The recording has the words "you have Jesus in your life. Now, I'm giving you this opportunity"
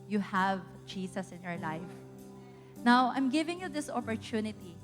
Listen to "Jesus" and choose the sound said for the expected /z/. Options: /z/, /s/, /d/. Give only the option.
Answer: /s/